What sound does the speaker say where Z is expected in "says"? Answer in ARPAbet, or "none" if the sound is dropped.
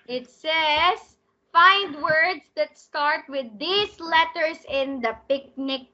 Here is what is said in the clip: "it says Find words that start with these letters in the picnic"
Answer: S